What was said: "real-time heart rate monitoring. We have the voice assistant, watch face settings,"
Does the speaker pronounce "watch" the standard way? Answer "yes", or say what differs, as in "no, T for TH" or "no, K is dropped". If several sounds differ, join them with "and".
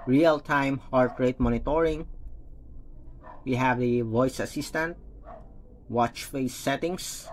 yes